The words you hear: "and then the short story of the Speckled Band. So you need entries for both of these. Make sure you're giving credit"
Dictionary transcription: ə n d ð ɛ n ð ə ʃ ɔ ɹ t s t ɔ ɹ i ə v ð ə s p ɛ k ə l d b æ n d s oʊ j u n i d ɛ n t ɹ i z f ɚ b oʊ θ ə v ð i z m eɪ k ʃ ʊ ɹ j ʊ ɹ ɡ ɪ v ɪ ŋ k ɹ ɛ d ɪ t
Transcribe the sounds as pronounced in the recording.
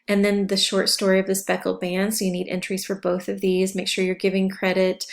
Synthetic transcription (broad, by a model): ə n ð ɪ n ð ə ʃ ɔ ɹ t s t ɔ ɹ i ə v ð ə s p ɛ k l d b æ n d s oʊ j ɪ n i d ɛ n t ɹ i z f ɚ b oʊ θ ə v ð i z m eɪ k ʃ ʊ ɹ j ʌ ɹ ɡ ɪ v ɪ ŋ k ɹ ɛ d ɪ t